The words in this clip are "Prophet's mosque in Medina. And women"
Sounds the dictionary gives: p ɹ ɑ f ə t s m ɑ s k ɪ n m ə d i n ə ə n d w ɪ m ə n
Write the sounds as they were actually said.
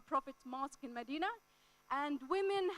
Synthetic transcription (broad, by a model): p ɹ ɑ f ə t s m ɑ s k ɪ n m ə d i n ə ə n d w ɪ m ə n